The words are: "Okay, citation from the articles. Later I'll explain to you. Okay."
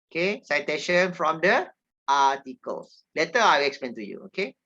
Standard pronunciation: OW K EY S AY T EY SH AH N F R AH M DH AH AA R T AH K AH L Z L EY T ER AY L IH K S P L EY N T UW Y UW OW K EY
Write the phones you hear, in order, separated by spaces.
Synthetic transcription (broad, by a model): OW K EY S AY T EY SH AH N F R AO M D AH AA T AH K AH L S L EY T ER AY W IH K S P L EY N T UW Y UW OW K EY